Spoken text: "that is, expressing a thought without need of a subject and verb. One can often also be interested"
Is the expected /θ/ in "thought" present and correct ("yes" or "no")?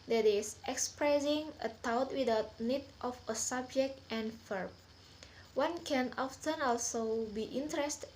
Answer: no